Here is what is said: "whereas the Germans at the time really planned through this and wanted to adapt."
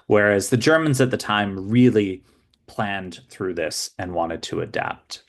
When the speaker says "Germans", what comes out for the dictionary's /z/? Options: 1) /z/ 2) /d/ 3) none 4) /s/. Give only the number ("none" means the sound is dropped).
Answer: 1